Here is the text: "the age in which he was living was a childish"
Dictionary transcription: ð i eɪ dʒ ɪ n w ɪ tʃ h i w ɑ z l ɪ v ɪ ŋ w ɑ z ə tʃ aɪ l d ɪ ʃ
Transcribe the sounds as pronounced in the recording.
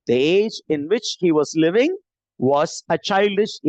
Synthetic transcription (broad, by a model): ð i eɪ dʒ ɪ n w ɪ tʃ h i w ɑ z l ɪ v ɪ ŋ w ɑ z ə tʃ aɪ l d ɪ ʃ